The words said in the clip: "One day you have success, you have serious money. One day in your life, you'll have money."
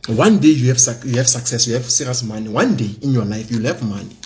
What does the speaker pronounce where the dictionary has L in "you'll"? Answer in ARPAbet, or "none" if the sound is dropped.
L